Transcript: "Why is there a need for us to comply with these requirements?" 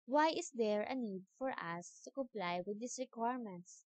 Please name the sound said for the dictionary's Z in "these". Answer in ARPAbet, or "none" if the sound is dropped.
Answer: S